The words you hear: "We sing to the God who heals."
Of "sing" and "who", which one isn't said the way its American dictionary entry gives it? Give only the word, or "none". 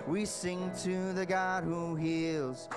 none